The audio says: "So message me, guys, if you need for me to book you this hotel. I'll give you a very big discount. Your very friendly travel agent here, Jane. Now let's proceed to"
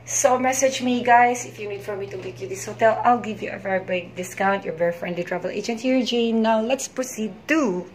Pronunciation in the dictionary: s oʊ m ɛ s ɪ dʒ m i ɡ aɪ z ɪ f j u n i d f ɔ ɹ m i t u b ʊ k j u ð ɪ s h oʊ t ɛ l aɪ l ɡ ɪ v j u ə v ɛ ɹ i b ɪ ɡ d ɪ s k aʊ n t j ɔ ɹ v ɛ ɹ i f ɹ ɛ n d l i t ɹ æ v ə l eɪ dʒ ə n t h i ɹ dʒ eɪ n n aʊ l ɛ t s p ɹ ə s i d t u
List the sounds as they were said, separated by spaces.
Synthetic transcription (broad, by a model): s oʊ m ɛ s ɪ dʒ m i ɡ aɪ s ɪ f j u n i d f ɔ ɹ m i t u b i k j u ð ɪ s h oʊ t ɛ l aɪ l ɡ ɪ v j u ə v ɛ ɹ i b ɪ ɡ d ɪ s k aʊ n t j ɔ ɹ v ɛ ɹ i f ɹ ɛ n d l i t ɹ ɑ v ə l eɪ dʒ ə n t h i ɹ dʒ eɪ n n aʊ l ɛ t s p ɹ ə s i d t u